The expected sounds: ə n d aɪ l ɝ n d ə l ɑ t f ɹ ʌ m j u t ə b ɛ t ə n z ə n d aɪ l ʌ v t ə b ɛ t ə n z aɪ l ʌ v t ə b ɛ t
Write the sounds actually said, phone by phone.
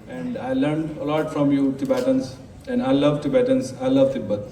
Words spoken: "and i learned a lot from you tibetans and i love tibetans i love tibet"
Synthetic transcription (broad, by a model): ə n d aɪ l ɝ n d ə l ɑ t f ɹ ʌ m j u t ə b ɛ t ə n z ə n d aɪ l ʌ v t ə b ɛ t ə n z aɪ l ʌ v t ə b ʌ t